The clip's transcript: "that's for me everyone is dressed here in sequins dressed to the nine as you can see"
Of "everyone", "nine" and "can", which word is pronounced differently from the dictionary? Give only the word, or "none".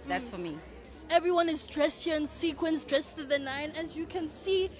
none